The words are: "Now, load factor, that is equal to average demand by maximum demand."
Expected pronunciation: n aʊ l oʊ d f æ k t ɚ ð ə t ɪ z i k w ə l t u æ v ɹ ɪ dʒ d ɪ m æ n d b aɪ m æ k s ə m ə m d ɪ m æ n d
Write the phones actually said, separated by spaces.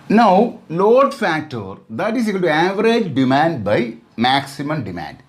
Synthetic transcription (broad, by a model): n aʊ l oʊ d f æ k t ɚ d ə t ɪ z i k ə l t u æ v ɹ ɪ dʒ d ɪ m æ n d b aɪ m æ k s ə m ə m d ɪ m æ n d